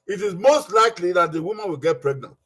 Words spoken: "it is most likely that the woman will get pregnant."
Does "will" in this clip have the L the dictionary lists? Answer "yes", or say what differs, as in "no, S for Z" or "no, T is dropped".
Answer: yes